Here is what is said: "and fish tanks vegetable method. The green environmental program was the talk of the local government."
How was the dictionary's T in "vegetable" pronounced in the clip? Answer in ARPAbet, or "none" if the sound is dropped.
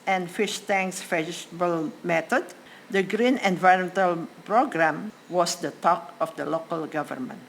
S